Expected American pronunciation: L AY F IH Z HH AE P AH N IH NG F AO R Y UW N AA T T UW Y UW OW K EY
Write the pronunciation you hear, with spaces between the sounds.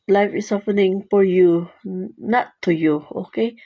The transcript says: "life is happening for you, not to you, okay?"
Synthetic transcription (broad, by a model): L AY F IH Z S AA F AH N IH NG F AO R Y UW N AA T T UW Y UW OW K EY